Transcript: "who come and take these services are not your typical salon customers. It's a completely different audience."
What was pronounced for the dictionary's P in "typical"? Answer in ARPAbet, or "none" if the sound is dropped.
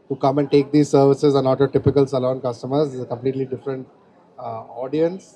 P